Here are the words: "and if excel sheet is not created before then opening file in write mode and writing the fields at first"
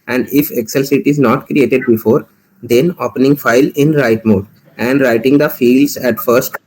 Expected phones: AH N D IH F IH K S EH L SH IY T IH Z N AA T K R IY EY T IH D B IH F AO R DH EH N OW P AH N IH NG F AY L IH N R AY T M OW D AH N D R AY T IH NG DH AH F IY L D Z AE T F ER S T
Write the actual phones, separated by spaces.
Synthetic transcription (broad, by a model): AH N D IH F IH K S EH L S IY T IH Z N AA T K R IY EY T IH D B IH F AO R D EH N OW P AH N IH NG F AY L IH N R AY T M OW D AH N D R AY T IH NG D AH F IY L D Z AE T F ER S T